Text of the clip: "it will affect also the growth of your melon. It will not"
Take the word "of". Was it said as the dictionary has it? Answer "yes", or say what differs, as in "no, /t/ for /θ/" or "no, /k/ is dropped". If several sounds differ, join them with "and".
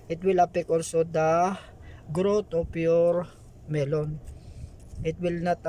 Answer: no, /p/ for /v/